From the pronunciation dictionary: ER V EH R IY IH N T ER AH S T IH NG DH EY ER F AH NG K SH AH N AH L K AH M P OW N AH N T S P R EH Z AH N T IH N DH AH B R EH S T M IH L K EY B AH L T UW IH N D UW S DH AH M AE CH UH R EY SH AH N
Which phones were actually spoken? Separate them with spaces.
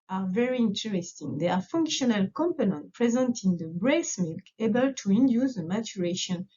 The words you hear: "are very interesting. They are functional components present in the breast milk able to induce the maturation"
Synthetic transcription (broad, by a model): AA V EH R IY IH N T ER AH S T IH NG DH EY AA F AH NG K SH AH N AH L K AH M P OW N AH N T P R EH Z AH N T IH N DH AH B R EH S M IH L K EY B AH L T UW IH N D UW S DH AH M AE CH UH R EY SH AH N